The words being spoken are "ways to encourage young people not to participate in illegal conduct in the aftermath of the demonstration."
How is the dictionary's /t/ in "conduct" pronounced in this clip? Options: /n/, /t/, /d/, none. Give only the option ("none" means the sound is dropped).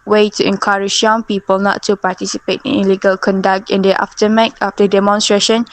/t/